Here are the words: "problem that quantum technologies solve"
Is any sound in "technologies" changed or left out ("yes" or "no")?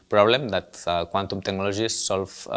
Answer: yes